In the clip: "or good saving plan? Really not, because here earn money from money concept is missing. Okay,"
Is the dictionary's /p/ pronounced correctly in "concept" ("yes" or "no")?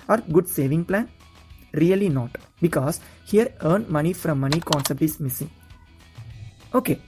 yes